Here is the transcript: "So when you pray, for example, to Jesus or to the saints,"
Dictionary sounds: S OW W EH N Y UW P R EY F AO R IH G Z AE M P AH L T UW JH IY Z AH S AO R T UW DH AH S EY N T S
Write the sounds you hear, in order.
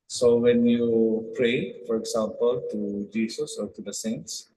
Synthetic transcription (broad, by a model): S OW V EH N Y UW P R EY F AO R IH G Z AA M P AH L T UW JH IY S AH S AO R T UW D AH S EY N T S